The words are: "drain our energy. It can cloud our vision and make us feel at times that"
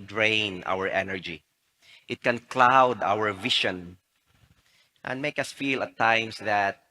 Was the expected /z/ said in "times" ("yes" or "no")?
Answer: no